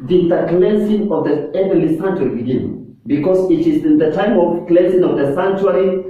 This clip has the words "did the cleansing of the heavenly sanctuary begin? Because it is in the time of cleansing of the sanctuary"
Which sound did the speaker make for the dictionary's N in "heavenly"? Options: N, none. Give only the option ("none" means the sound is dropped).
none